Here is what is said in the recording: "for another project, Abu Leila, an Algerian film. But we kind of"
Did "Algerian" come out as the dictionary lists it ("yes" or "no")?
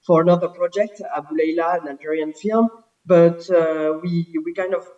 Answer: no